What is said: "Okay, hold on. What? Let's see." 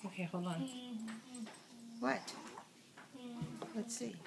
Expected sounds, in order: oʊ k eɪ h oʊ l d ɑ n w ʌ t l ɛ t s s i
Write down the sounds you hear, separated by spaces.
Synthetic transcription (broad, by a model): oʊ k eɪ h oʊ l ɑ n w ʌ t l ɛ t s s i